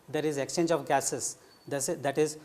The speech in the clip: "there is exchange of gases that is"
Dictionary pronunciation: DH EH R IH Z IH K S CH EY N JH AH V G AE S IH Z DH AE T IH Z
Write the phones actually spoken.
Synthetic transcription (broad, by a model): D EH R IH Z IH K S CH EY N JH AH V G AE S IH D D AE T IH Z